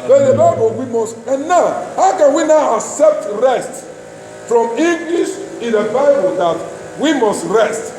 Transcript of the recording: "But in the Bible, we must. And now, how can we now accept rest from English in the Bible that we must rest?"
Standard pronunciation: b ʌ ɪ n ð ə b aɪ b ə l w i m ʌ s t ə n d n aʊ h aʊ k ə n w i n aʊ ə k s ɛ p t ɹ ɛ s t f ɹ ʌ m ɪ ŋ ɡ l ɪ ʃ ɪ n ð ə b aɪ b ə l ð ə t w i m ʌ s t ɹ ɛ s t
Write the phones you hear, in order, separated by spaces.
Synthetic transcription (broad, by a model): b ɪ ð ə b aɪ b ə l w i m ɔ s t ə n n aʊ h aʊ k ə n w i n aʊ ə k s ɛ p t ɹ ɛ s t f ɹ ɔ m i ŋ ɡ l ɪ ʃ ɪ n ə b aɪ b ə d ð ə t w i m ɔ s t ɹ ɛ s t